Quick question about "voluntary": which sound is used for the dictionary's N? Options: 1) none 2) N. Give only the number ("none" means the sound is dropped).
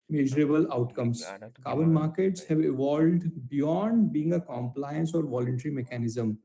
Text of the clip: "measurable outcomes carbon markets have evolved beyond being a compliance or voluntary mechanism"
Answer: 2